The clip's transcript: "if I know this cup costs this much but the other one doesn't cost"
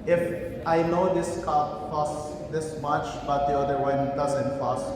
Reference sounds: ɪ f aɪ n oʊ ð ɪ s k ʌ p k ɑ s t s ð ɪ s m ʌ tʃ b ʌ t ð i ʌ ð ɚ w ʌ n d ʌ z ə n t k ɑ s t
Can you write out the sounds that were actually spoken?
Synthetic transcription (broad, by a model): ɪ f aɪ n oʊ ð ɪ s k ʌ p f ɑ s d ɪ s m ʌ tʃ b ʌ t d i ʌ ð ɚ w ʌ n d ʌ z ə n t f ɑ s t